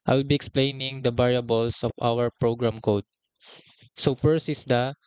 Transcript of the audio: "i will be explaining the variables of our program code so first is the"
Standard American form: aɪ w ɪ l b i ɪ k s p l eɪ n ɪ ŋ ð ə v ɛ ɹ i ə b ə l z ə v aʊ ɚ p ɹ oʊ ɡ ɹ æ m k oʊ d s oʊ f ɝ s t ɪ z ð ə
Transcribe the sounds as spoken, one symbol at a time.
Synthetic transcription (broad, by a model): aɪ w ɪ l b i ɪ k s p l eɪ n ɪ ŋ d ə b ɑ ɹ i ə b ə l s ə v aʊ ɚ p ɹ oʊ ɡ ɹ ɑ m k oʊ d s oʊ p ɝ s ɪ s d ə